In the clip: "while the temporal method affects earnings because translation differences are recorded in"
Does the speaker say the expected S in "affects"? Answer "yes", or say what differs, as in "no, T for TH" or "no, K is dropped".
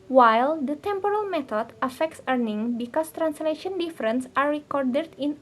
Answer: yes